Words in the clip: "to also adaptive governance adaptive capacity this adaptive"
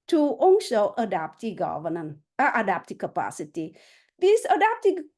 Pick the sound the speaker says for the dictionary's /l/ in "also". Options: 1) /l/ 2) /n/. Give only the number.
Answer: 2